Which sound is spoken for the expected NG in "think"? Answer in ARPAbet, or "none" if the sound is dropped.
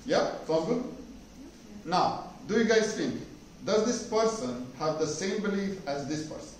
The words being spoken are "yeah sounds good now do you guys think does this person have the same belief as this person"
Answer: none